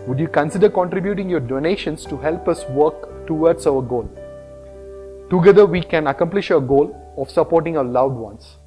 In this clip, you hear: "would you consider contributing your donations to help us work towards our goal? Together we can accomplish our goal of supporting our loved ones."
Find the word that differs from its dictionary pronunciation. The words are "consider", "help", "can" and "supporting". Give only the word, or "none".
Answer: none